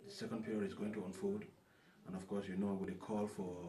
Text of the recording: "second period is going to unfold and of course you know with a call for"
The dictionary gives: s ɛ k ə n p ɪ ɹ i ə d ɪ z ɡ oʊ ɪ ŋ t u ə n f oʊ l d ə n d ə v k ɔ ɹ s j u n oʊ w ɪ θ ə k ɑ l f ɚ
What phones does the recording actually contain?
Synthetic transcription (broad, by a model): s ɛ k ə n p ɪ ɹ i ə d ɪ z ɡ oʊ ɪ ŋ t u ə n f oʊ d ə n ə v k ɔ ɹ s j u n oʊ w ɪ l ə k ɑ l f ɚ